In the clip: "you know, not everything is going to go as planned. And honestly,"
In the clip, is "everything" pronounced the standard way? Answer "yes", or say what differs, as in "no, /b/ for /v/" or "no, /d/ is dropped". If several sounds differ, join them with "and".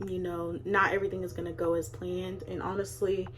yes